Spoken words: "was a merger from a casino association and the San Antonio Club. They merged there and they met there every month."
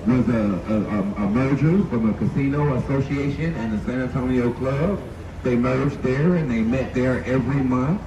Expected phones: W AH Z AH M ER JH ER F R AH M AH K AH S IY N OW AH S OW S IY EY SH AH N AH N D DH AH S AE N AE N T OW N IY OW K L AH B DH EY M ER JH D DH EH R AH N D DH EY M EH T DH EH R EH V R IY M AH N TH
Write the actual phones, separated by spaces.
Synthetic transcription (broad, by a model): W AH Z AH M ER JH ER F R AH M AH K AH S IY N OW AH S OW S IY EY SH AH N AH N DH AH S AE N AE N T OW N IY OW K L AH B DH EY M ER JH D DH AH R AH N DH EY M EH T DH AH R EH V R IY M AH N TH